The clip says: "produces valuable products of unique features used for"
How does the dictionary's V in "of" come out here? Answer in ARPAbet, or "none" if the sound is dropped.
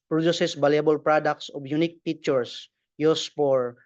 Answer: B